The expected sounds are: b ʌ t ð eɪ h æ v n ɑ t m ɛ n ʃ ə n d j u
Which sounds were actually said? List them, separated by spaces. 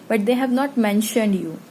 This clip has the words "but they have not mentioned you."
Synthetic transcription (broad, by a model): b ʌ t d eɪ h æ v n ɑ t m ɛ n ʃ ə n d j u